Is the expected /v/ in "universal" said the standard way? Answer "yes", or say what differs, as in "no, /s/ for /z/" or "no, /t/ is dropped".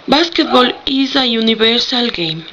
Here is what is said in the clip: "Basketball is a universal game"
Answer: no, /b/ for /v/